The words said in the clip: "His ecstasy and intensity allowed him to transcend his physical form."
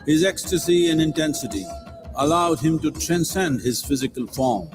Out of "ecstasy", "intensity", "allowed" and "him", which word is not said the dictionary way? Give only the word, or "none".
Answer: none